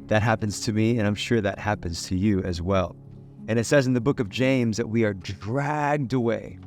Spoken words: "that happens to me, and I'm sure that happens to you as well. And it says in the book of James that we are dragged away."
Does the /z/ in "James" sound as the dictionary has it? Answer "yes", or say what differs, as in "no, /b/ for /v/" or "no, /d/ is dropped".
yes